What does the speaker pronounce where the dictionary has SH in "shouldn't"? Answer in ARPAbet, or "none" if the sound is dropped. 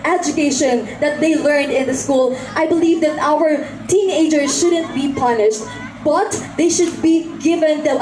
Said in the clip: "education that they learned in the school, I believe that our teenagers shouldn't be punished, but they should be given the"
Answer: SH